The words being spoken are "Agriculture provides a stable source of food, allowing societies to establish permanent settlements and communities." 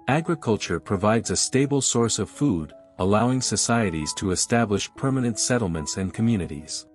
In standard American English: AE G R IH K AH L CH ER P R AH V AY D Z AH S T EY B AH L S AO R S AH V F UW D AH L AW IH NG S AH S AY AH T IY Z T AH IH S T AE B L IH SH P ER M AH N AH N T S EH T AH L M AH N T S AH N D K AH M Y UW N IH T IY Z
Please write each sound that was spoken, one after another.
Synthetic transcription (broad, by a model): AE G R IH K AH L CH ER P R AH V AY D Z AH S T EY B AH L S AO R S AH V F UW D AH L AW IH NG S AH S AY AH T IY Z T AH IH S T AE B L IH SH P ER M AH N AH N T S EH T L M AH N T S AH N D K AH M Y UW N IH T IY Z